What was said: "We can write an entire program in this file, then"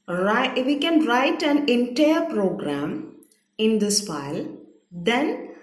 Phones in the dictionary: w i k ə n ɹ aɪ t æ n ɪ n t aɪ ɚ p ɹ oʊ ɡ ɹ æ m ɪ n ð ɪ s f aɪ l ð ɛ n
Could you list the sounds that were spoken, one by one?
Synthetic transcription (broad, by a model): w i k ə n ɹ aɪ t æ n ɪ n t aɪ ɚ p ɹ oʊ ɡ ɹ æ m ɪ n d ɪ s f aɪ l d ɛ n